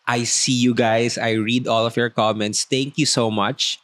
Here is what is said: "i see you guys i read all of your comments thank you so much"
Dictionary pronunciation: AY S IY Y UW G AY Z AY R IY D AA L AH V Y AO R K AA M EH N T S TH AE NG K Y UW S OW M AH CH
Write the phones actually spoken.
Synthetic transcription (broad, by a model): AY S IY Y UW G AY S AY R IY D AA L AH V Y AO R K AA M EH N T S T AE NG K Y UW S OW M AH CH